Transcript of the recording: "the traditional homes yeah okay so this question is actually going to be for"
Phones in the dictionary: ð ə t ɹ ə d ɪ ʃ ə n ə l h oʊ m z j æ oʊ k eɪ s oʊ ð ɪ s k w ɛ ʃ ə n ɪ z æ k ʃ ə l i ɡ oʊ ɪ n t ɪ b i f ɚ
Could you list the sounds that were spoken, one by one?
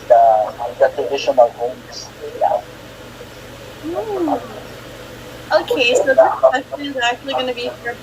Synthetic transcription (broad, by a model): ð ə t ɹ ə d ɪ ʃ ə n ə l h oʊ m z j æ oʊ k eɪ s oʊ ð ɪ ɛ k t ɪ ə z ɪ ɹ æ k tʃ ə l i ɡ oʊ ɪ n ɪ b i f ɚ